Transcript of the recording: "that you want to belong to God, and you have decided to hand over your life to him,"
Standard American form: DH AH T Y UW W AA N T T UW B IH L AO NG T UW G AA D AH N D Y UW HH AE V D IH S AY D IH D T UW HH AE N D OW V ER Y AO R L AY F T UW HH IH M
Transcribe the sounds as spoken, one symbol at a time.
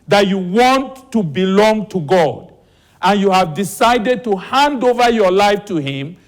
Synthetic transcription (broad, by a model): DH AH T Y UW W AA N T T UW B IH L AO NG T UW G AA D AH N Y UW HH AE V D IH S AY D IH D T UW HH AE N D OW V ER Y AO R L AY F T UW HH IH M